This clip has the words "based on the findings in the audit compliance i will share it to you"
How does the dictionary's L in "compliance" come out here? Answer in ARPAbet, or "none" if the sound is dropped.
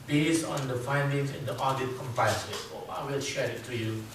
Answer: none